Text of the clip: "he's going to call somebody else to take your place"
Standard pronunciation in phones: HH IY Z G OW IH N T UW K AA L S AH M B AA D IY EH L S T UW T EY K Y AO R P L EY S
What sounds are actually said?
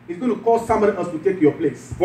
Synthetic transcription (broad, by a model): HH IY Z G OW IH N T UW K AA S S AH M AA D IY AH S T UW T EY K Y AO P L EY S